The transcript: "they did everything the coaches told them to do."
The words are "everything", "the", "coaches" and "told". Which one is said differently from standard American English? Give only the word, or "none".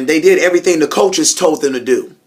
none